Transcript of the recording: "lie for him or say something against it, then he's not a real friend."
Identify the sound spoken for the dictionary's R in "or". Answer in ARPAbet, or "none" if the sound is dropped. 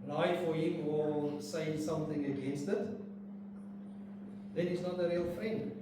L